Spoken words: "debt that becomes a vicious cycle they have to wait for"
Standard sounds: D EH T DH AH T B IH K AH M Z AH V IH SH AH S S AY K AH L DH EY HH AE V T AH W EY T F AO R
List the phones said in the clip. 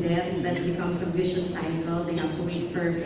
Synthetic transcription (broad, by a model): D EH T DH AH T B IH K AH M S AH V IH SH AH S S AY K AH L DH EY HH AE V T AH W EY T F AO R